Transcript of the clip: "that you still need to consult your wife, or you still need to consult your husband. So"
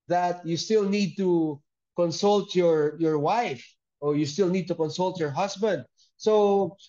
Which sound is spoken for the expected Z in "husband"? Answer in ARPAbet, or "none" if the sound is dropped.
S